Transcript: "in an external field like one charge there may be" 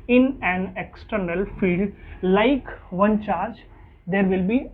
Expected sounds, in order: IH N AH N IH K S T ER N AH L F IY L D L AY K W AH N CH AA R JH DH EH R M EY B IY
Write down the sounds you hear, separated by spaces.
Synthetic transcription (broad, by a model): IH N AH N IH K S T ER N AH L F IY D L AY K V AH N CH AA R JH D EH R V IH B IY